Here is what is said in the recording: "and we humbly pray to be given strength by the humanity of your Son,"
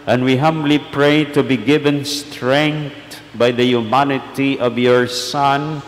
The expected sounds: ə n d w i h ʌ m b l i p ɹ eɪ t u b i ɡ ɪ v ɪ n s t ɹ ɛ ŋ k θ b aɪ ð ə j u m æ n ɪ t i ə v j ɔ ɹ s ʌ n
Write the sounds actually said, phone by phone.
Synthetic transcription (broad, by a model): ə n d w i h ʌ m b l i p ɹ eɪ t u b i ɡ ɪ v ɪ n s t ɹ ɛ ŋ k t b aɪ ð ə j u m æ n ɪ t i ə v j ɔ ɹ s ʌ n